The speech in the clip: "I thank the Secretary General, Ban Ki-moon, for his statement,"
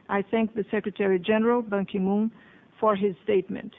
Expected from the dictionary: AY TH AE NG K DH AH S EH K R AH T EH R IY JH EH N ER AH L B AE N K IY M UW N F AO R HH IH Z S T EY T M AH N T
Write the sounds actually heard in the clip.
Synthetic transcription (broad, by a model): AY TH AE NG K DH AH S EH K R AH T EH R IY JH EH N ER AH L B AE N K IY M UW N F AO R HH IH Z S T EY T M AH N T